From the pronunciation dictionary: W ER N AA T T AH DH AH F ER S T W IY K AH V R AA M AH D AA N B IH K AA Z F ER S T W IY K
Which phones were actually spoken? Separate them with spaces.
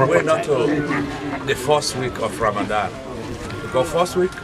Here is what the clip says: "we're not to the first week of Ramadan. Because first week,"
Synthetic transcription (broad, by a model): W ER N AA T T AH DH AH F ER S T W IY K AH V R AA M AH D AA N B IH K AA F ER S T W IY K